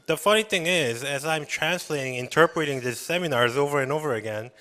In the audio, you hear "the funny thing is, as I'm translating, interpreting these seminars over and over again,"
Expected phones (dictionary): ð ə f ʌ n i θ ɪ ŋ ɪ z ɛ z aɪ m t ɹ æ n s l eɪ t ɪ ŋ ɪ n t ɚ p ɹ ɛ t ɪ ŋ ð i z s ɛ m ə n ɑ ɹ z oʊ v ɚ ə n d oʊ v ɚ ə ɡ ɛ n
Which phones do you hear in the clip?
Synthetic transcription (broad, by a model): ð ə f ʌ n i θ ɪ ŋ ɪ z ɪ z aɪ m t ɹ æ n s l eɪ t ɪ ŋ ɪ n t ɚ p ɹ ɛ t ɪ ŋ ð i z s ɛ m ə n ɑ ɹ z oʊ v ɚ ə n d oʊ v ɚ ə ɡ ɛ n